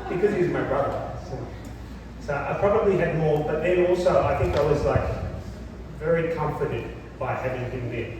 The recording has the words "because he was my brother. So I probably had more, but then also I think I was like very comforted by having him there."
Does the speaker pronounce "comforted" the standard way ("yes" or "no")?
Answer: yes